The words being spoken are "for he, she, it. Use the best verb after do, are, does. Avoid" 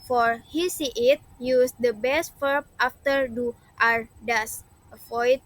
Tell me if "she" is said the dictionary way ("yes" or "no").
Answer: no